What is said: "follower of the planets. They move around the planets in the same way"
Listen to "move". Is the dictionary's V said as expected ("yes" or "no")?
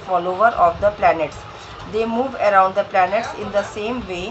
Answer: yes